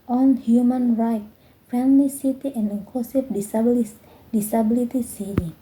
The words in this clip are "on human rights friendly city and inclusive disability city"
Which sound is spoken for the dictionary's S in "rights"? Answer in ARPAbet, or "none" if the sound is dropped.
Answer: none